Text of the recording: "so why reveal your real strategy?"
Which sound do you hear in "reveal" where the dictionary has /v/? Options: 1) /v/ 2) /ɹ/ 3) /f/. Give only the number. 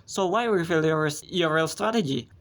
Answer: 3